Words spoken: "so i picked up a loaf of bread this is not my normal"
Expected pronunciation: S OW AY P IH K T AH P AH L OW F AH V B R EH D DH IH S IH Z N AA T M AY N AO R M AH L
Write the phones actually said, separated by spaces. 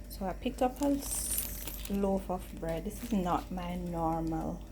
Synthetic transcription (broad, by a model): S OW AY P IH K T AH P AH L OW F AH F B R EH D DH IH S IH Z N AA T M AY N AO R M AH L